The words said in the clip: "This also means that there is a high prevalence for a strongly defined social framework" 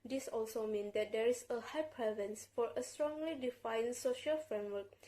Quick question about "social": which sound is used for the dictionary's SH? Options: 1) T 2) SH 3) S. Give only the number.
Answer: 2